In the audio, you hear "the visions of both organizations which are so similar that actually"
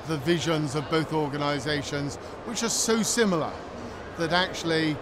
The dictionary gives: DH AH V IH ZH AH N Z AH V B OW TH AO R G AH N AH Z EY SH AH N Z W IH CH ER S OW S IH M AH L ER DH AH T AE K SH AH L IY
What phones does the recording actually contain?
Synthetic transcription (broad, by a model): DH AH V IH ZH AH N Z AH V B OW TH AO R G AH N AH Z EY SH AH N Z W IH CH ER S OW S IH M L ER DH AH T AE K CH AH L IY